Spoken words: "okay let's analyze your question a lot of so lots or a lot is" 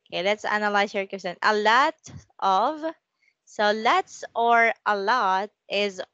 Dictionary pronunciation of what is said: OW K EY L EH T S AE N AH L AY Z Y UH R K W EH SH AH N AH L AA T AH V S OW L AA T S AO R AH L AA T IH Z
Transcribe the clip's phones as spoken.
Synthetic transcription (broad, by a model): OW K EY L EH T S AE N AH L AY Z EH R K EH S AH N AH L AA T AH V S OW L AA T S AO R AH L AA T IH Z